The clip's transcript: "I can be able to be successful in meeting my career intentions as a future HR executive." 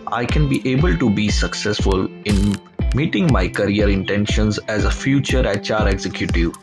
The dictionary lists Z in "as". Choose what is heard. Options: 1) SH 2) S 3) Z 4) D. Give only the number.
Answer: 3